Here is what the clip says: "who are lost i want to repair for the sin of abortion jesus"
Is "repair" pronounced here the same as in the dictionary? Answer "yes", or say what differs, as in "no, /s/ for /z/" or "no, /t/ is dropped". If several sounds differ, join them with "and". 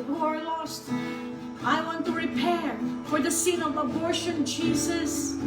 yes